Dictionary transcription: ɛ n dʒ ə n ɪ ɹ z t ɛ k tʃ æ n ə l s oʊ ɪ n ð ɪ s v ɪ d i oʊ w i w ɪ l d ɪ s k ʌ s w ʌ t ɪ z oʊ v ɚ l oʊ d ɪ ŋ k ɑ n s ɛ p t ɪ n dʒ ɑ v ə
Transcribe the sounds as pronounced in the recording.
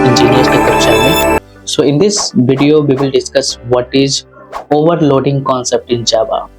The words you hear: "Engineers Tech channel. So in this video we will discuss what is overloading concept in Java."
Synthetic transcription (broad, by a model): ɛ n dʒ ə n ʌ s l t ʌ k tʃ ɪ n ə n s oʊ ɪ n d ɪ s v ɪ d i oʊ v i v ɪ l d ɪ s k ʌ s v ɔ t ɪ z oʊ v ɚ l oʊ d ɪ ŋ k ɑ n s ɛ p t ɪ n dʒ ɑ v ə